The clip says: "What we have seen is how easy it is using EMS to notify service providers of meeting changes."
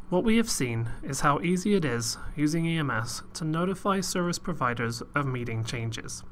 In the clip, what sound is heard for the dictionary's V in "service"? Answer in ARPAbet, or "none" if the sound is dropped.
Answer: V